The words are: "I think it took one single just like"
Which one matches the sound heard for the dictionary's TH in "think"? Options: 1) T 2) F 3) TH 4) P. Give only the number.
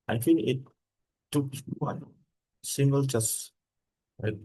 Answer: 2